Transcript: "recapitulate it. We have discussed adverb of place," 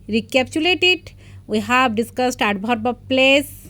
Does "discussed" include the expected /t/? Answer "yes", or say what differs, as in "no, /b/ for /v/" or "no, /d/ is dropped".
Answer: yes